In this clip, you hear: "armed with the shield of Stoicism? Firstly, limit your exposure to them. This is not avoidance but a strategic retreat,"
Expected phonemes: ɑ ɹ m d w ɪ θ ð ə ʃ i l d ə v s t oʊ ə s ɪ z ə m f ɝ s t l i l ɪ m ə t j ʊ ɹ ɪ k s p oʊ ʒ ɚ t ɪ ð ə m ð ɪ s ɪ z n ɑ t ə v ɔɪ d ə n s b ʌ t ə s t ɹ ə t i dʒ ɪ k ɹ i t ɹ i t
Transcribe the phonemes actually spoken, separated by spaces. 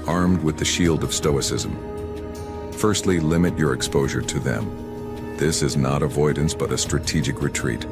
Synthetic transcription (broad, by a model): ɑ ɹ m d w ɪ ð ə ʃ i l d ə v s t oʊ ə s ɪ z ə m f ɝ s t l i l ɪ m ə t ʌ ɹ ɪ k s p oʊ ʒ ɚ t ɪ ð ə m ð ɪ s ɪ z n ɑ t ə v ɔɪ d n s b ʌ t ə s t ɹ ə t i dʒ ɪ k ɹ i t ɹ i t